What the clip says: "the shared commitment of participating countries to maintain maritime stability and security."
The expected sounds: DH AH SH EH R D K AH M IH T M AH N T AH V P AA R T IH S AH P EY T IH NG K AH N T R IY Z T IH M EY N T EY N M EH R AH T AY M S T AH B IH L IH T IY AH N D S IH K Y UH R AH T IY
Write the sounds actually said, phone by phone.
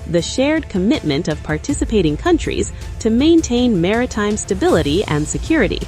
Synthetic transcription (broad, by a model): DH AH SH EH R D K AH M IH T M AH N T AH V P AA R T IH S AH P EY T IH NG K AH N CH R IY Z T IH M EY N T EY N M EH R AH T AY M S T AH B IH L IH T IY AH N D S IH K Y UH R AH T IY